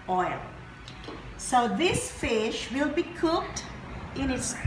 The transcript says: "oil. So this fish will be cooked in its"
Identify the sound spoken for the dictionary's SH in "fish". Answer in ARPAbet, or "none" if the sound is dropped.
SH